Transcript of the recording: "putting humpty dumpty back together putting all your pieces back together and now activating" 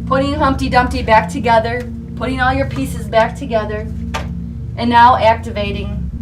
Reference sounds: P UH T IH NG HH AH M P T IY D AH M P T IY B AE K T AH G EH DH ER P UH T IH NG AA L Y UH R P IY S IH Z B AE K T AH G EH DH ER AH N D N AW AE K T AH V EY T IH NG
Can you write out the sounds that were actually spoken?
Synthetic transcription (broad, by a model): P UH T IH NG HH AH M P T IY D AH M P T IY B AE K T AH G EH DH ER P UH T IH NG AA L Y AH R P IY S IH Z B AE K T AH G EH DH ER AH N N AW AE K T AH V EY T IH NG